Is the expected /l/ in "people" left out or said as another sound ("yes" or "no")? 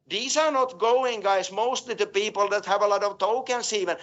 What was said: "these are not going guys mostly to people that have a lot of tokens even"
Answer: no